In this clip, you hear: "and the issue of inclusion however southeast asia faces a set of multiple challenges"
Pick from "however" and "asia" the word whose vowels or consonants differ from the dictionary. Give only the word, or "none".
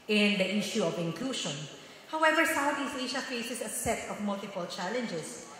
asia